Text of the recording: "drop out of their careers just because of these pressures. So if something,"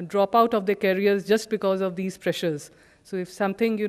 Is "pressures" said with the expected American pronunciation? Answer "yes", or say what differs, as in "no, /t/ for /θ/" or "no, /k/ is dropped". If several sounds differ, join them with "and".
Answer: yes